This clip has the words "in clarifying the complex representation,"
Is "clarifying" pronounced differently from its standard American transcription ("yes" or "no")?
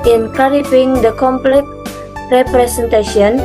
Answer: yes